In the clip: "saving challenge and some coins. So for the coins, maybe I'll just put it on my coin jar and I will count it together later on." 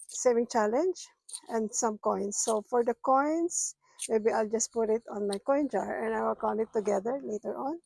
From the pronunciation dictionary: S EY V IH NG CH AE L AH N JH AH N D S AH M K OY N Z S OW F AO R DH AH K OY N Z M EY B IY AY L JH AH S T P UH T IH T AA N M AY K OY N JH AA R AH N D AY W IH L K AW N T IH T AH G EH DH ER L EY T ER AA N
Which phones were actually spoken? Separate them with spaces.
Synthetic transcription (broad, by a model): S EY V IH NG CH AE L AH N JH AH N D S AH M K OY N S OW F AO R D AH K OY N S M EY B IY AY L JH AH S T P UH T IH T AA N M AY K OY N JH AA R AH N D AY W IH L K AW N IH T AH G EH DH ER L EY T ER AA N